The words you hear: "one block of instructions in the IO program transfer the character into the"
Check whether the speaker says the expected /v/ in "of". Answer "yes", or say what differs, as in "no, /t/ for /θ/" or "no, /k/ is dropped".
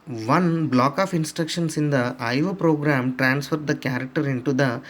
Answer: no, /p/ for /v/